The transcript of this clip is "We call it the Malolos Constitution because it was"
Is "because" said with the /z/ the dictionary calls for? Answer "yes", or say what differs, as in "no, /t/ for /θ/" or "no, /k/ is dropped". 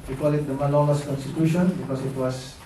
no, /s/ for /z/